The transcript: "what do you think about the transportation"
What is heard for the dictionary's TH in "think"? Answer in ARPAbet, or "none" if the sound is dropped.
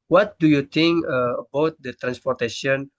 T